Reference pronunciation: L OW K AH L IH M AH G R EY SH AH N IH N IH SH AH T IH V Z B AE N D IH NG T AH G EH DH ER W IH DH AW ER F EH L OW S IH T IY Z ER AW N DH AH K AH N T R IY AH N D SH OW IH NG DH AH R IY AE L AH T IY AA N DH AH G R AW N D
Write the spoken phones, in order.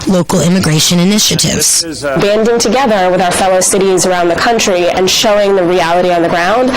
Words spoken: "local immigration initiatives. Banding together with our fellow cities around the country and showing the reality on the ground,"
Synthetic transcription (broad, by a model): L OW K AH L IH M AH G R EY SH AH N IH N IH SH AH T IH V Z B AE N D IH NG T AH G EH DH ER W IH DH AW ER F EH L OW S IH T IY Z ER AW N DH AH K AH N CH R IY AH N SH OW IH NG DH AH R IY AE L AH T IY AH N DH AH G R AW N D